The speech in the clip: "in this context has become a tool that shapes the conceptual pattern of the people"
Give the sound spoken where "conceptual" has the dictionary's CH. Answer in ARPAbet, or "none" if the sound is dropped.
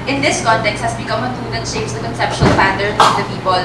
SH